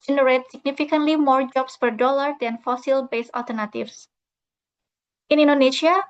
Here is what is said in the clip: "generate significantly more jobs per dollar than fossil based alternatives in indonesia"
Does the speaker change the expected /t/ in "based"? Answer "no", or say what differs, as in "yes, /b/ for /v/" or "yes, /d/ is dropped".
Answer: yes, /t/ is dropped